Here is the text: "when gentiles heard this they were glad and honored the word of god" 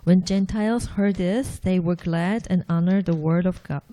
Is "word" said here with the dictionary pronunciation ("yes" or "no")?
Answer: yes